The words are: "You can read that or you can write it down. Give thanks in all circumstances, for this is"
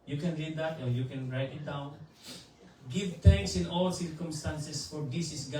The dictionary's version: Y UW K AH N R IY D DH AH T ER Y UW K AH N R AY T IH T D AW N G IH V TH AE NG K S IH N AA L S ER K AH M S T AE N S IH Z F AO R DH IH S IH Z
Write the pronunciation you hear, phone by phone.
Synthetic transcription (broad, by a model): Y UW K AH N R IY D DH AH T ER Y UW K AH N R AY T IH T D AW N G IH V T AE NG K S IH N AA L S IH K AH M S T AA N S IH S F AO R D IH S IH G